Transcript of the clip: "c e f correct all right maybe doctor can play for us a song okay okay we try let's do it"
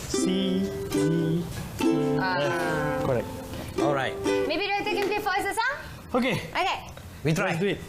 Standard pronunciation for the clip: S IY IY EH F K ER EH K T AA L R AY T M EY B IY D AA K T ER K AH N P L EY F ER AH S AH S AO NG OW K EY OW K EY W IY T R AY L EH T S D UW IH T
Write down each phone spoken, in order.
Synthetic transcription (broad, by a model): S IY IY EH K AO EH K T AA L R AY T M EY B IY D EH T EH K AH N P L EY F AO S AH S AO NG OW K EY OW K EY W IY T R AY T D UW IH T